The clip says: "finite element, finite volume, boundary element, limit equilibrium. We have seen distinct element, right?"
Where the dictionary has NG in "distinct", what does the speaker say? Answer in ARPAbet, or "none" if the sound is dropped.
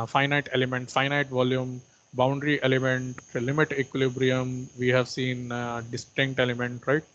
NG